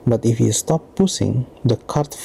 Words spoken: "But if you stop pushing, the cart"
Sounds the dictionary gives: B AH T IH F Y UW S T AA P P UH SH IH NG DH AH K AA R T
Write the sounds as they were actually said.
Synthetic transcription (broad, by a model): B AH T IH F Y UW S T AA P P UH S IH NG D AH K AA R T